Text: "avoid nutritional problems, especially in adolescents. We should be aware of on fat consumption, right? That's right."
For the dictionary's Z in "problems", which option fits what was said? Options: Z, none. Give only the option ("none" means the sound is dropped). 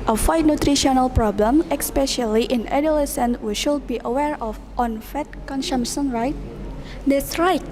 none